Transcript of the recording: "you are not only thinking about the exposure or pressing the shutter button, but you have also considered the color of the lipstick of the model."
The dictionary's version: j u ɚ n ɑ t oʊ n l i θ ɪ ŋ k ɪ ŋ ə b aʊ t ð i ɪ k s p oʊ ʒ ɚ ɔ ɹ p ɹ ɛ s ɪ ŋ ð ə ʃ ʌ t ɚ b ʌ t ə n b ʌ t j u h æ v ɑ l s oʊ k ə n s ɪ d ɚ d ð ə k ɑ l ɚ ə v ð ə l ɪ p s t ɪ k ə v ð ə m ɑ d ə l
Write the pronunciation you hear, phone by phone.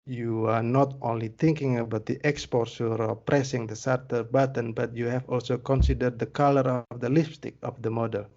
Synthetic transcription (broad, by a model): j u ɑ n ɑ t oʊ n l i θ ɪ ŋ k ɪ ŋ ə b aʊ t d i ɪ k s p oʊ s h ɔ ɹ p ɹ ɛ s ɪ ŋ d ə s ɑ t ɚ b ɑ t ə n b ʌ t j u h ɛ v ɑ l s oʊ k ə n s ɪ d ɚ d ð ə k ɑ l ɚ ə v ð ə l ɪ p s t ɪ k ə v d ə m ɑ d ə l